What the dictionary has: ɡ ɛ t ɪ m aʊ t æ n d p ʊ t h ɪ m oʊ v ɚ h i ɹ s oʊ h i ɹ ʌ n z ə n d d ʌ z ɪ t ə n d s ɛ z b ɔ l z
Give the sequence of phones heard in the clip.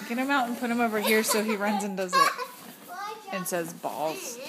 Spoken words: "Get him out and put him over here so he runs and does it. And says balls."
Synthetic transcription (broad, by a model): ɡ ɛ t ɪ m aʊ t n p ʊ t h ɪ m oʊ v ɚ h i ɹ s oʊ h i ɹ ʌ n z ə n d d ʌ z ɪ t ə n s ɛ z b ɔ l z